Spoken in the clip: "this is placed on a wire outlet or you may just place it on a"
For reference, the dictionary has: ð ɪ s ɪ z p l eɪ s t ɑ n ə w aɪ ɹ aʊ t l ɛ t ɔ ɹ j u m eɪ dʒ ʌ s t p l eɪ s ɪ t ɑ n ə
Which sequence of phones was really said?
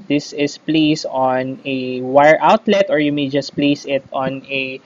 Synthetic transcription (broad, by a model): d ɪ s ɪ s p l eɪ s ɑ n ə w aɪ ɹ aʊ t l ɛ t ɔ ɹ j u m eɪ dʒ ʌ s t p l eɪ s ɪ t ɑ n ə